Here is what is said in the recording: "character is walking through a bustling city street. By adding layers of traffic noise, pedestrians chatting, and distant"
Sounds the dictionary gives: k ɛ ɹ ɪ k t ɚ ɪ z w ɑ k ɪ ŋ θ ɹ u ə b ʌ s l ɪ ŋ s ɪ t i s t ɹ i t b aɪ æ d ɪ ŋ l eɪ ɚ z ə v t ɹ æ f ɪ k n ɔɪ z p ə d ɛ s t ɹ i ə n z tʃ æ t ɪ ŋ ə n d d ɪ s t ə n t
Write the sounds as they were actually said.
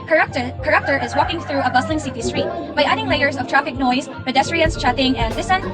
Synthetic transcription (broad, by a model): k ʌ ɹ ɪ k t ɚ ɪ z w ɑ k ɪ ŋ θ ɹ u ə b ʌ s l ɪ ŋ s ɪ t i s t ɹ i t b aɪ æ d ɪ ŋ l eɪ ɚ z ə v t ɹ æ f ɪ k n ɔɪ z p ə d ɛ s t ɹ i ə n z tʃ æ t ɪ ŋ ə n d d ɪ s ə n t